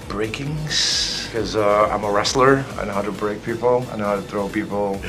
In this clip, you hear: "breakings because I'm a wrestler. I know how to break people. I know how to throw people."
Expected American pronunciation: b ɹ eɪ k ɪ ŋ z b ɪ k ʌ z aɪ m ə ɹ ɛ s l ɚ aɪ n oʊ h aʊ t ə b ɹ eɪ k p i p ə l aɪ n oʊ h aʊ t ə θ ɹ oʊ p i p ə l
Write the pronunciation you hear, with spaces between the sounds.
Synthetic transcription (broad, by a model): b ɹ eɪ k ɪ ŋ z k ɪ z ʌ aɪ m ə ɹ ɛ s l ɚ aɪ n oʊ h aʊ t ə b ɹ eɪ k p i p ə l aɪ n oʊ h aʊ t ə θ ɹ oʊ p i p l